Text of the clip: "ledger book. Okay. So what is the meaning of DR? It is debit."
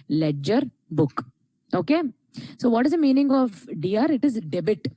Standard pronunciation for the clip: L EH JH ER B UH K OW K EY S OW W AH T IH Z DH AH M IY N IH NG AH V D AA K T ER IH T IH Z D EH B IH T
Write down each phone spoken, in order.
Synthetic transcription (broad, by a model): L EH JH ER B UH K OW K EY S OW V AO T IH Z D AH M IY N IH NG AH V D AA T IH T IH Z D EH B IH T